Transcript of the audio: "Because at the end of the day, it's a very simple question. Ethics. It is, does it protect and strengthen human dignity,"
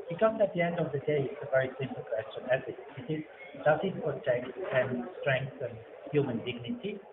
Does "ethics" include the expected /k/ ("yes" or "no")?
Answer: no